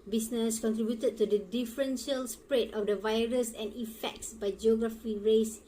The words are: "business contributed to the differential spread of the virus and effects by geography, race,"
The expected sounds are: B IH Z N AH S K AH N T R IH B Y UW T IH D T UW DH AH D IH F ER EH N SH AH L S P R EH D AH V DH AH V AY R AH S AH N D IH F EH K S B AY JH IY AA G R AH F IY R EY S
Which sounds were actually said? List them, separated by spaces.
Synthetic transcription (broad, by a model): B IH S N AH S K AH N T R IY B Y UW T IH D T UW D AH D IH F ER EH N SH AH L S P R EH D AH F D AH V AY R AH S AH N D IH F EH K S B AY JH IY AA G R AH F IY R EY S